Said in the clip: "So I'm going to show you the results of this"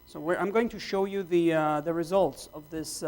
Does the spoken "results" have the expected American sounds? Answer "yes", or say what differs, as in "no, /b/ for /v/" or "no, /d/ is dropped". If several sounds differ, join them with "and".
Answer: yes